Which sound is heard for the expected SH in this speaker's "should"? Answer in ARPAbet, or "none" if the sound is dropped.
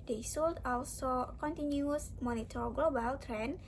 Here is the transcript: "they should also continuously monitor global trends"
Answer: S